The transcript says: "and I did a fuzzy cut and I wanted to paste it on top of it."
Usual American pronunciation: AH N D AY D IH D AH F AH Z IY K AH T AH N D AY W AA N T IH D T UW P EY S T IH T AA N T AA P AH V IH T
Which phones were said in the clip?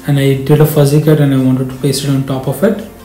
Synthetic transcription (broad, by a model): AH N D AY D IH D AH F AH Z IY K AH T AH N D AY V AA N T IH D T UW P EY S IH T AA N T AA P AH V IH T